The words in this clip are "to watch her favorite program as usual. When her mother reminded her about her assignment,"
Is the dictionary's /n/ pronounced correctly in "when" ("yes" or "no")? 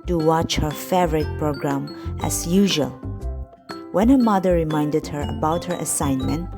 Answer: yes